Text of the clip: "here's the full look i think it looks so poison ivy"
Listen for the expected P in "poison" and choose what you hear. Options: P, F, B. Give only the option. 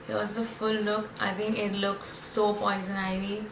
P